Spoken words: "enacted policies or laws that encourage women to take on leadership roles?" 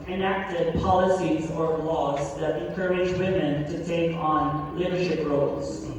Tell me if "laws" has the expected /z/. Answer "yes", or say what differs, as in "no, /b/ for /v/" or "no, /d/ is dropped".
yes